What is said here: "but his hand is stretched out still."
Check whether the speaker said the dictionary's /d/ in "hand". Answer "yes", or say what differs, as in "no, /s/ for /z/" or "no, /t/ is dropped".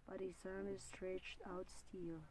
no, /d/ is dropped